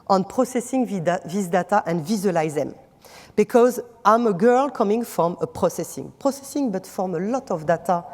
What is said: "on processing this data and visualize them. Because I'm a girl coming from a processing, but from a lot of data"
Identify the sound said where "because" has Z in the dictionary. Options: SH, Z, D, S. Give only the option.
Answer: Z